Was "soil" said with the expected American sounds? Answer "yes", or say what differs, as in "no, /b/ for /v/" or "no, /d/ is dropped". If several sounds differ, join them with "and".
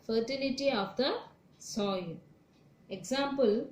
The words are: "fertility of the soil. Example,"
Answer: no, /n/ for /l/